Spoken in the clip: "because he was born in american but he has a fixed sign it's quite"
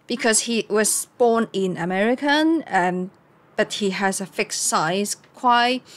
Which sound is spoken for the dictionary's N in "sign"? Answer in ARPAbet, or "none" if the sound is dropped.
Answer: none